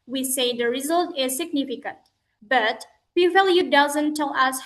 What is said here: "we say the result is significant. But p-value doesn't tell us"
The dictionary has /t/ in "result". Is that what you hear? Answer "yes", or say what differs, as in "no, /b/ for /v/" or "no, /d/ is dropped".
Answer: yes